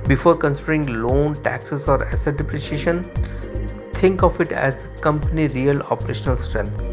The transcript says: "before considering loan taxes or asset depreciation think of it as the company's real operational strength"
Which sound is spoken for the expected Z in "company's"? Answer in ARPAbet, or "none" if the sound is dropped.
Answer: none